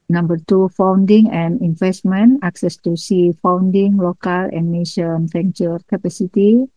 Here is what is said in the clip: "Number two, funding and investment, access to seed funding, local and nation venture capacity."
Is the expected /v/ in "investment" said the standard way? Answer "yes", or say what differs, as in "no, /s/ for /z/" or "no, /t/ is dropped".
no, /f/ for /v/